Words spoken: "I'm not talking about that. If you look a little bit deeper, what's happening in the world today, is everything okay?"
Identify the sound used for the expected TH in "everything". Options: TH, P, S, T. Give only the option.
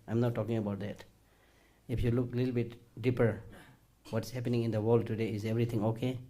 T